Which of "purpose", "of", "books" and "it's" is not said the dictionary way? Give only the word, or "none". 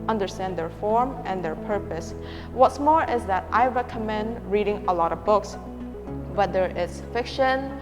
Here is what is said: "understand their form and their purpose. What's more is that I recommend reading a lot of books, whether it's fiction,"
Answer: none